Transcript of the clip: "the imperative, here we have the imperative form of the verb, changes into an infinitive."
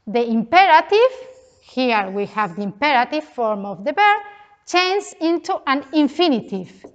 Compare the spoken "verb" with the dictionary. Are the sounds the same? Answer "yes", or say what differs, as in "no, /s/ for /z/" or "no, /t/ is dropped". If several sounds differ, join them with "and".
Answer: no, /b/ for /v/